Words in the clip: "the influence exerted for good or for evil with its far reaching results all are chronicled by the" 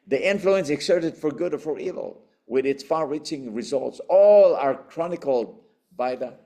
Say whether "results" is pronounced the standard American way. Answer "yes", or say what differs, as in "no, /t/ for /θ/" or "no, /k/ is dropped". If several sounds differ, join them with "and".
yes